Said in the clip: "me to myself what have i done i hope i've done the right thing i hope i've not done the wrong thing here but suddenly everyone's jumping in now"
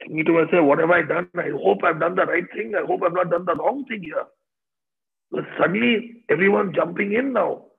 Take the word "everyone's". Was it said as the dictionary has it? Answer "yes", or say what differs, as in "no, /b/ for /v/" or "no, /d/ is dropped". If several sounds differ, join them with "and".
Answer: no, /z/ is dropped